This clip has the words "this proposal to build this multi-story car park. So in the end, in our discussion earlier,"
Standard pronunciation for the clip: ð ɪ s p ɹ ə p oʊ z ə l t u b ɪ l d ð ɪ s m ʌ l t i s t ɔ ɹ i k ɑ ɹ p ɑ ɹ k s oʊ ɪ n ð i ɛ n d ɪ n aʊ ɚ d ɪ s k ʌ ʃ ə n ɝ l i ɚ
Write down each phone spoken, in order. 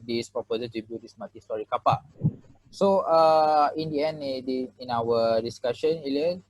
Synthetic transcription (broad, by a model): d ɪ s p ɹ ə p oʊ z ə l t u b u d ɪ s m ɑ t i s t ɔ ɹ i k ɑ p ɑ s oʊ ɪ n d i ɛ n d ɪ n aʊ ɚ d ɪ s k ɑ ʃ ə n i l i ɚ